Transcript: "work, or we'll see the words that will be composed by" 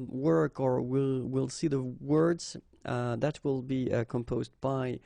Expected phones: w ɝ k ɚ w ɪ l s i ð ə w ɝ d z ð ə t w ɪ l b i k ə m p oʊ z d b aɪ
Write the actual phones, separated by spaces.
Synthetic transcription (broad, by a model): w ɝ k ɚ w ɪ l s i ð ə w ɝ d z ð ə t w ɪ l b i k ə m p oʊ z d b aɪ